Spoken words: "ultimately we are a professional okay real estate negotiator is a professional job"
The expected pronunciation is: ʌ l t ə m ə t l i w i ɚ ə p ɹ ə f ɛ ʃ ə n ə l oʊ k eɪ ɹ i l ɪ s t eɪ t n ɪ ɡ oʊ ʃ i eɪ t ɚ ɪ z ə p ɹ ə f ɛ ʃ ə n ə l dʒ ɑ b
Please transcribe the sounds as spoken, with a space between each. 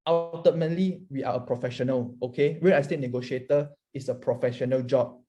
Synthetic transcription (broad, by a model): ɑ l t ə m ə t l i w i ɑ ə p ɹ ə f ɛ ʃ ə n ə l oʊ k eɪ w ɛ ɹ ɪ s t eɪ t n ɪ ɡ oʊ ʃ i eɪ t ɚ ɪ s ə p ɹ ə f ɛ ʃ ə n ə l dʒ ɑ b